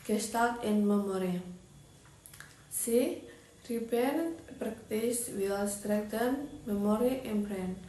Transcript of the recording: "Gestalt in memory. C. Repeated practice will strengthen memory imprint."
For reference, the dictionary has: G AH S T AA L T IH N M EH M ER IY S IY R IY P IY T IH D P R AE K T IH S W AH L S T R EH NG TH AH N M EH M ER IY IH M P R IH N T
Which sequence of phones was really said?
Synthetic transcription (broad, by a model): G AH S T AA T IH N M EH M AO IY S IY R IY B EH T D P R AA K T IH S W AH L S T R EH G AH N M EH M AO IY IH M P R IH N